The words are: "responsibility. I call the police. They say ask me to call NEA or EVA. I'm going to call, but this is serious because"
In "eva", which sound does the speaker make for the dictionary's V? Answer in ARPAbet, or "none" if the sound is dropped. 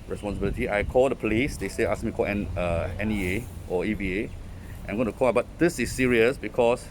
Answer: B